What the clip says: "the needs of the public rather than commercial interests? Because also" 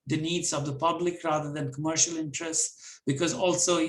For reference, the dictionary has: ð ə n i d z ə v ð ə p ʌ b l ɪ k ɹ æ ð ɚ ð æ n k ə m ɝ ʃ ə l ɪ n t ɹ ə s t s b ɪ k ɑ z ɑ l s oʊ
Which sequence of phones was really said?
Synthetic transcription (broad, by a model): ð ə n i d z ə v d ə p ʌ b l ɪ k ɹ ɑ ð ɚ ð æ n k ə m ɝ ʃ ə l ɪ n t ɹ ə s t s b ɪ k ɑ z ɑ l s oʊ